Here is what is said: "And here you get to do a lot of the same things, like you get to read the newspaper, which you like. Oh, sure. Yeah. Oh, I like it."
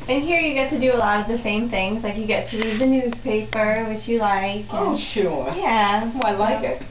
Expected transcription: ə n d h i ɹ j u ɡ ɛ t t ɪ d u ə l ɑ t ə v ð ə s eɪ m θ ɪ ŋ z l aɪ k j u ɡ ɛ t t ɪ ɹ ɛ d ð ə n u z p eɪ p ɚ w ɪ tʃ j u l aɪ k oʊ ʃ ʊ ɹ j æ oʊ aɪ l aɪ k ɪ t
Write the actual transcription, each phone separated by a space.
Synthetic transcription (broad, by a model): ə n h i ɹ j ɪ ɡ ɛ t t ɪ d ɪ ə l ɑ t ə v ð ə s eɪ m θ ɪ ŋ z l aɪ k j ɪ ɡ ɛ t t ɪ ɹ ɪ ð ə n u z p eɪ p ɚ w ɪ tʃ j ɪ l aɪ k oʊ ʃ ʊ ɹ j æ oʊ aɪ l aɪ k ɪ t